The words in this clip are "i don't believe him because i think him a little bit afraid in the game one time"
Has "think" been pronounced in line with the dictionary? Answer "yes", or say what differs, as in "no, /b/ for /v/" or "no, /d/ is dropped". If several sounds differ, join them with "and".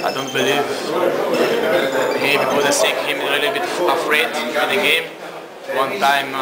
no, /s/ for /θ/